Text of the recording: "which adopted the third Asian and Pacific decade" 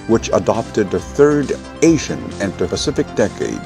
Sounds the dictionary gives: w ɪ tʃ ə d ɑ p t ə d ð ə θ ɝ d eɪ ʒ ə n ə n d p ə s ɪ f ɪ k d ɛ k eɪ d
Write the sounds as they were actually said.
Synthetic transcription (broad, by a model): w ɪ tʃ ə d ɑ p t ə d ð ə θ ɝ d eɪ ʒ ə n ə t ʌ p ə s ɪ f ɪ k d ɛ k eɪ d